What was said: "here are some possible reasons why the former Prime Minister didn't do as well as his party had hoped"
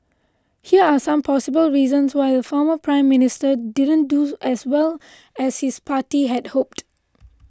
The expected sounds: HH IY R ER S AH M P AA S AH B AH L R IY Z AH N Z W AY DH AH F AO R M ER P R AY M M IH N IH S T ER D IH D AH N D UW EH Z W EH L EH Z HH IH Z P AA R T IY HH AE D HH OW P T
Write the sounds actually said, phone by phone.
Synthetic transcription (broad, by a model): HH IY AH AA S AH M P AA S AH B AH L R IY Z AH N S W AY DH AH F AO M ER P R AY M M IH N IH S T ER D IH D AH N D UW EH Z W EH L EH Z HH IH S P AA T IY HH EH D HH OW P T